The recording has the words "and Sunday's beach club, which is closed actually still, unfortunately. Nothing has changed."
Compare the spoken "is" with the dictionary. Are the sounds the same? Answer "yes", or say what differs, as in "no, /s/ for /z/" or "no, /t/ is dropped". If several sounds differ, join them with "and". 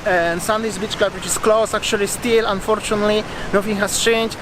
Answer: no, /s/ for /z/